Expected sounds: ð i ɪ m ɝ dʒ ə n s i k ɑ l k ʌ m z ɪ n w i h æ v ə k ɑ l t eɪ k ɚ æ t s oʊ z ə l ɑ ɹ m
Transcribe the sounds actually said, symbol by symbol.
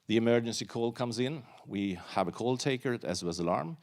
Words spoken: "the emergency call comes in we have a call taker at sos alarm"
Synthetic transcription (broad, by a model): ð i ɪ m ɝ dʒ ə n s i k ɑ l k ʌ m z ɪ n w i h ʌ v ə k ɑ l t eɪ k ɚ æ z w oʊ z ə l ɑ ɹ m